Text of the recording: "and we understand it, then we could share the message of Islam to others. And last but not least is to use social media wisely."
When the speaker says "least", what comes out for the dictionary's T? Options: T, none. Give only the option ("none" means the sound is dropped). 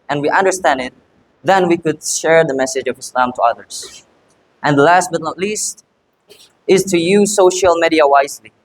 T